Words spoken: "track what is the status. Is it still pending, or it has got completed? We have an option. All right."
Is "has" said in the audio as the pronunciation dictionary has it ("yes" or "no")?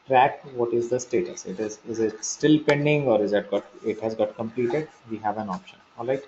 yes